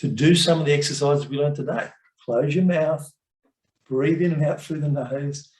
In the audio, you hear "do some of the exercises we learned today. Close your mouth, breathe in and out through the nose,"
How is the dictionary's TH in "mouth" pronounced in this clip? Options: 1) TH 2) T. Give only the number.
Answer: 1